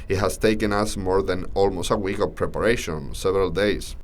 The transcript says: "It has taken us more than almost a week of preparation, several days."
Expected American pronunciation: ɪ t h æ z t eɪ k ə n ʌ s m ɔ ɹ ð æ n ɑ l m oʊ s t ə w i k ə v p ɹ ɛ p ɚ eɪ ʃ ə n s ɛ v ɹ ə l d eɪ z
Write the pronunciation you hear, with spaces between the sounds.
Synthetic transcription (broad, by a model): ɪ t h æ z t eɪ k ə n ʌ s m ɔ ɹ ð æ n ɑ l m oʊ s t ə w i k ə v p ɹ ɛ p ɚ eɪ ʃ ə n s ɛ v ɹ ə l d eɪ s